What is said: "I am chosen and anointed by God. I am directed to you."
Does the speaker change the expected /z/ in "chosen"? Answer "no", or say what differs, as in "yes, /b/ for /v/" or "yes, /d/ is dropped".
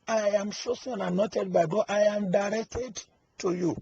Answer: yes, /s/ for /z/